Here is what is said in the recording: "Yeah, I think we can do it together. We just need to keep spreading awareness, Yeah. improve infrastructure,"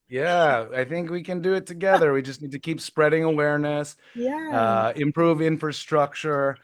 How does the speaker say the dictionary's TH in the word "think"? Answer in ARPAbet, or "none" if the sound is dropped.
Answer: TH